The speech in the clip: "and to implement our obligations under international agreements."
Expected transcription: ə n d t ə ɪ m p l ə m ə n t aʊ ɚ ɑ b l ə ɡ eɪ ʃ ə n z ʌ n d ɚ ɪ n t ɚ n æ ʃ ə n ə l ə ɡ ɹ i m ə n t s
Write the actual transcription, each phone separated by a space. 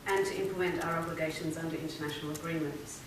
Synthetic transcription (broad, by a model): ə n t ə ɪ m p l ə m ə n t aʊ ɚ ɑ b l ə ɡ eɪ ʃ ə n z ʌ n d ɚ ɪ n t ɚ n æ ʃ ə n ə l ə ɡ ɹ i m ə n t s